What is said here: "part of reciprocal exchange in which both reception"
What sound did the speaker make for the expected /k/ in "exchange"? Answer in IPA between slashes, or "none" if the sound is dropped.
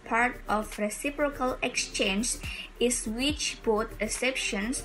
/k/